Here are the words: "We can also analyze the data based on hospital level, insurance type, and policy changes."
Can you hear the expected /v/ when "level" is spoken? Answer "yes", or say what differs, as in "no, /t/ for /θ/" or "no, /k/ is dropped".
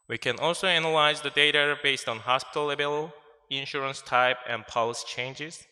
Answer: no, /b/ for /v/